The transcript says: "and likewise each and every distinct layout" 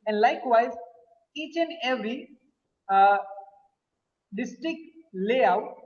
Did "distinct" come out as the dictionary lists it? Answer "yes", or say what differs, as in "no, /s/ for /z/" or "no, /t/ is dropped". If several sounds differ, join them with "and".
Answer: no, /ŋ/ is dropped